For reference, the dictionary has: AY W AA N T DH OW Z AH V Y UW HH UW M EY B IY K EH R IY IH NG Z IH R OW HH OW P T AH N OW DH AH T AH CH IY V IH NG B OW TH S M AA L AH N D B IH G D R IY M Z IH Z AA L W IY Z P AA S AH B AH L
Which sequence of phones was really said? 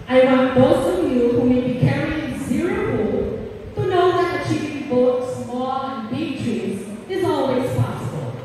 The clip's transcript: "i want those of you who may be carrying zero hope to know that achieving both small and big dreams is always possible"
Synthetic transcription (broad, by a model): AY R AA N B OW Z AH V Y UW HH UW M EY B IY K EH R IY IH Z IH R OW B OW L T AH N OW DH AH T AH CH IY V IH NG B OW T S M AA L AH N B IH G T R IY Z IH Z AA L W IY Z P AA S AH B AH L